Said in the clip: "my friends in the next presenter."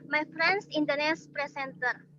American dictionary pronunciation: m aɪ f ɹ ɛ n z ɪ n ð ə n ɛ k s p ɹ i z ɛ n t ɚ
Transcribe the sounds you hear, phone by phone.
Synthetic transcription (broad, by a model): m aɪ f ɹ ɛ n s ɪ n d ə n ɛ s p ɹ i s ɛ n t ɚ